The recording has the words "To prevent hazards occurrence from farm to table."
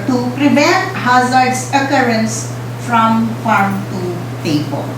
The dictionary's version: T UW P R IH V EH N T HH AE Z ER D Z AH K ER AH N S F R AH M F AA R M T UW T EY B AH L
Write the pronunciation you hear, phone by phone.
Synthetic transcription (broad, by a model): T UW P R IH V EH T HH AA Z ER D S AH K ER AH N S F R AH M F AA R M T UW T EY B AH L